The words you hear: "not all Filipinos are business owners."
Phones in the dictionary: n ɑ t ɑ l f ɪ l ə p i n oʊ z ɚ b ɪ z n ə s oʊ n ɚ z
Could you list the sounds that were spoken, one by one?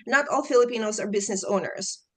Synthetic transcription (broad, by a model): n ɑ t ɑ l f ɪ l ə p i n oʊ z ɚ b ɪ z n ə s oʊ n ɚ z